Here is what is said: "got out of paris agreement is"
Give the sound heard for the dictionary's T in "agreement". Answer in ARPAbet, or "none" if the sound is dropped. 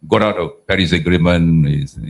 none